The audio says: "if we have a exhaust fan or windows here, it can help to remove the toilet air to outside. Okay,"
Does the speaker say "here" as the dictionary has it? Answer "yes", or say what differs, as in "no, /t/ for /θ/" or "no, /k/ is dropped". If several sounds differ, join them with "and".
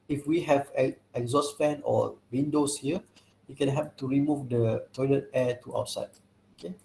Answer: no, /w/ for /ɹ/